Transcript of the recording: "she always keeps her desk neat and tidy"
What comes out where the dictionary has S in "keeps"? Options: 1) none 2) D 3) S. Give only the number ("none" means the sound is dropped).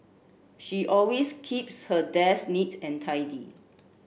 3